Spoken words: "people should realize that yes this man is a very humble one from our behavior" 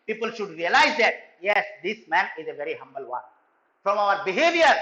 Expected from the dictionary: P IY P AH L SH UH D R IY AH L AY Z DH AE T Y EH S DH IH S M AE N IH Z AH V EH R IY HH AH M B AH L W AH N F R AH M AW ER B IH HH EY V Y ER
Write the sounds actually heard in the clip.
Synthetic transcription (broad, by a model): P IY P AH L SH UH D R IY AH L AY Z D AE T Y EH S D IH S M AE N IH Z AH V EH R IY HH AH M B AH L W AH N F R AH M AW ER B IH HH EY V Y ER